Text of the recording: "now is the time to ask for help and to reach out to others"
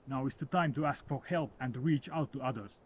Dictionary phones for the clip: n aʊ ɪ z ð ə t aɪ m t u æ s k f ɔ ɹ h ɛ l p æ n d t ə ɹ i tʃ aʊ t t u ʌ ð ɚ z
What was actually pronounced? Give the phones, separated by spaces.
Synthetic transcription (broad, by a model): n aʊ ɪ s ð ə t aɪ m t u æ s k f ɔ ɹ h ɛ l p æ n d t ɹ i tʃ aʊ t t u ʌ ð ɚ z